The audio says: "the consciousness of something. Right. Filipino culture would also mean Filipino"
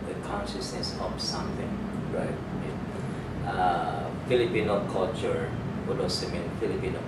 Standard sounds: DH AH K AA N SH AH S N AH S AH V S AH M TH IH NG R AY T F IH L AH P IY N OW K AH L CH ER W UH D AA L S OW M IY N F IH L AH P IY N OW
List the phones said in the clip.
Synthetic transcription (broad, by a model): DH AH K AA N SH AH S N AH S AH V S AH M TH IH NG R AY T F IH L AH P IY N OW K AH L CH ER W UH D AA S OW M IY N F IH L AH P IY N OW